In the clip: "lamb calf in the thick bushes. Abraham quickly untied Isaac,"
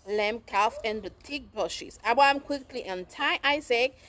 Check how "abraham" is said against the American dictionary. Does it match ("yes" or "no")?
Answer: no